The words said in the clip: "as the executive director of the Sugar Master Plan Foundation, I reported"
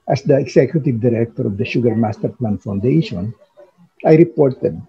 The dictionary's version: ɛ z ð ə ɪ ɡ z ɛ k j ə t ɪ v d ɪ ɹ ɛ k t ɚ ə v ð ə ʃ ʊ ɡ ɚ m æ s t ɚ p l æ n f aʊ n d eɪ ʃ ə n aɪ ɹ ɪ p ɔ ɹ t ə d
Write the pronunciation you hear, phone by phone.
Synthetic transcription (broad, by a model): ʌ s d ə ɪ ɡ s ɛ k j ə t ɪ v d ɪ ɹ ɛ k t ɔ ə v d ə ʃ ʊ ɡ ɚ m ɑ s t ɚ p l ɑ n f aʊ n d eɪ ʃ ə n aɪ ɹ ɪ p ɔ ɹ t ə d